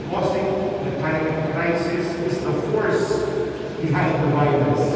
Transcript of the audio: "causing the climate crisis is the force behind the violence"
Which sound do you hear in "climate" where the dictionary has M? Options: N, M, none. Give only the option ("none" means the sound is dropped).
none